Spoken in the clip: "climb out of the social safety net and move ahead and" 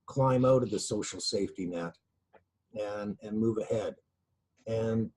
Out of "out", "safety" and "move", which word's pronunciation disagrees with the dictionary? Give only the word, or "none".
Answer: none